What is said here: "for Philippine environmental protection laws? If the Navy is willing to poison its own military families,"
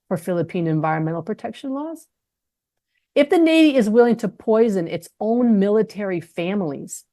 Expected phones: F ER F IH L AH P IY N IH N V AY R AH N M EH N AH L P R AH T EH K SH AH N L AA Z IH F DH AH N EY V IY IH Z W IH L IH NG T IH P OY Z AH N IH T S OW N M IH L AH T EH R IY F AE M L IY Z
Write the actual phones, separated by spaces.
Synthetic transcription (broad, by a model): F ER F IH L AH P IY N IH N V AY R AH N M EH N L P R AH T EH K SH AH N L AA Z IH F DH AH N EY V IY IH Z W IH L IH NG T IH P OY Z AH N IH T S OW N M IH L AH T EH R IY F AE M L IY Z